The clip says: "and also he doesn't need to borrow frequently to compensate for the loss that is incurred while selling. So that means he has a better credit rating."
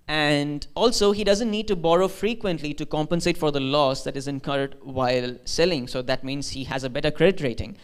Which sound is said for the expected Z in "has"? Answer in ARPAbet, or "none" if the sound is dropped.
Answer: Z